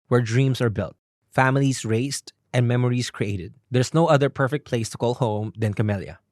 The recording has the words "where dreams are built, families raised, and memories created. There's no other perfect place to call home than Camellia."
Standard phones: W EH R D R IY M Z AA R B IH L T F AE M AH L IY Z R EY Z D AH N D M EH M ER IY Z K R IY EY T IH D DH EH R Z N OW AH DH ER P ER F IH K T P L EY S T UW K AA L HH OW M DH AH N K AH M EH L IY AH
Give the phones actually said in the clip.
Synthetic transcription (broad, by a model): W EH R D R IY M S AA R B IH L T F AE M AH L IY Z R EY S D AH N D M EH M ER IY S K R IY EY T IH D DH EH R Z N OW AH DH ER P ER F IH K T P L EY S T UW K AA L HH OW M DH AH N K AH M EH L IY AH